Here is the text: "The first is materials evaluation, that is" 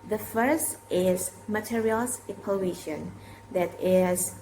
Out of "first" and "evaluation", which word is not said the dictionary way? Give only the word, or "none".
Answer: evaluation